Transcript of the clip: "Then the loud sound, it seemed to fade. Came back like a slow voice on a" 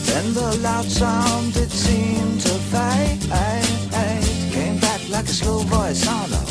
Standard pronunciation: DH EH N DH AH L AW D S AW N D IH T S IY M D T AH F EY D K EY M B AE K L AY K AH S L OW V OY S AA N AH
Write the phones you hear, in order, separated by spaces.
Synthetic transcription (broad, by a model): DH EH N DH AH L AW D S AW N D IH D S IY M T AH P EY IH K EY M B AE K L AY K AH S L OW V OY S AA N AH